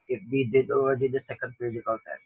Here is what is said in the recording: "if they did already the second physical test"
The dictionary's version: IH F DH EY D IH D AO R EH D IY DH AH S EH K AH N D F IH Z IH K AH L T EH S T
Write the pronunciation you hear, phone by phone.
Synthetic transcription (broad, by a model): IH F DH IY D IH D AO EH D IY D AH S EH K AH N D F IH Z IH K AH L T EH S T